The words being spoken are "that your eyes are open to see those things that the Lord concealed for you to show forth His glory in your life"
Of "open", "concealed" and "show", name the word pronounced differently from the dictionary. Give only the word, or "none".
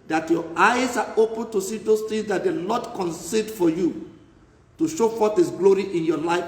concealed